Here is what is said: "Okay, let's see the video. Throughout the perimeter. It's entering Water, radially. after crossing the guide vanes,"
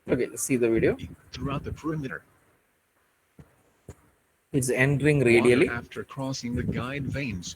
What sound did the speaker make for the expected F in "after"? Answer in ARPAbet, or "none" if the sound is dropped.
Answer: F